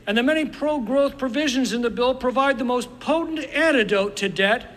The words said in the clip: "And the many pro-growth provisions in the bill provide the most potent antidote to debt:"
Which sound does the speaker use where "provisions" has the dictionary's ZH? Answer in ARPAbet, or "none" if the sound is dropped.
ZH